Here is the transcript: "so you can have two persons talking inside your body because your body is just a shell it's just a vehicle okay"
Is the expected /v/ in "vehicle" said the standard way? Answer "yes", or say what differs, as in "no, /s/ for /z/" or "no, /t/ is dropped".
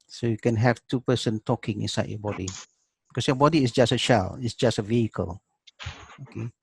yes